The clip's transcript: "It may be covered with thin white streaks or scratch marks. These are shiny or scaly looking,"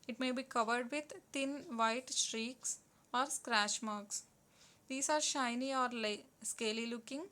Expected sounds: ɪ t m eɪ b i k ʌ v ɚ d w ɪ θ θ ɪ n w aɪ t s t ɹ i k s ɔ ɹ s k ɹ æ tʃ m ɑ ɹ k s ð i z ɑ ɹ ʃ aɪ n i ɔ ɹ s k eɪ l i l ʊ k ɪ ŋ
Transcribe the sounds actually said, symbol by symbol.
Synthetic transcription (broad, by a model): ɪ t m eɪ b i k ʌ v ɚ d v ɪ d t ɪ n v aɪ t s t ɹ i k s ɔ ɹ s k ɹ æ ʃ m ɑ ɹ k s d i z ɑ ɹ ʃ aɪ n i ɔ ɹ s k eɪ l i l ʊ k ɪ ŋ